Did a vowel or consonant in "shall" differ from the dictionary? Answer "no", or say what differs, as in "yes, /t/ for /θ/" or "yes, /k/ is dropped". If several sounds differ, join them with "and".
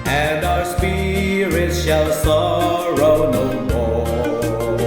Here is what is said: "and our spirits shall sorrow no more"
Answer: no